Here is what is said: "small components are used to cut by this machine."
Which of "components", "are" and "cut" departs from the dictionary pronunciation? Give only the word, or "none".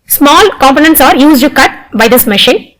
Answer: none